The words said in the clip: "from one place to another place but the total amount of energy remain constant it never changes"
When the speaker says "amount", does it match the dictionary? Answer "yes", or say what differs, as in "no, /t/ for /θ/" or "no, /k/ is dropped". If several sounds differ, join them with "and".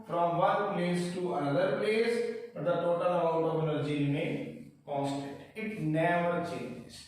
no, /m/ is dropped and /n/ is dropped